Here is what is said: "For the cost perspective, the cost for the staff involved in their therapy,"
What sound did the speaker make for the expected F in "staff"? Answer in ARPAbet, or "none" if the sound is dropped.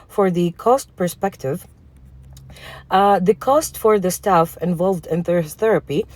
F